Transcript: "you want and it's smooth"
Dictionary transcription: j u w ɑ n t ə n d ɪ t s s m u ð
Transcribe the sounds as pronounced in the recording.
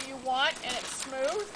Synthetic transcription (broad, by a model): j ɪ w ɑ n t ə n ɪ t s s m u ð